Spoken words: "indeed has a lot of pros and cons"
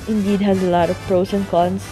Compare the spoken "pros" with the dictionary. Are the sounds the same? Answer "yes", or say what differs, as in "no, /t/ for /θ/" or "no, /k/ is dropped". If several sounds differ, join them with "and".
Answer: no, /s/ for /z/